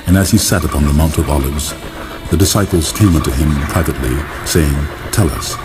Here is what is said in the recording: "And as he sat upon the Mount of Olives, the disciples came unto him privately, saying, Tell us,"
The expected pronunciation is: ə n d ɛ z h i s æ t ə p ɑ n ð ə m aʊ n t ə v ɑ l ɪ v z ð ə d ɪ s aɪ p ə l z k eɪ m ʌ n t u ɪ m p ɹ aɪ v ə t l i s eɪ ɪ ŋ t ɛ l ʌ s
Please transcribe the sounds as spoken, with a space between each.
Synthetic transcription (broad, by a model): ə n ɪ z i s æ t ə p ɑ n ð ə m aʊ n t ə v ɑ l ɪ v z ð ə d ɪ s aɪ p l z k eɪ m ʌ n t u ɪ m p ɹ aɪ v ə t l i s eɪ ɪ ŋ t ɛ l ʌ s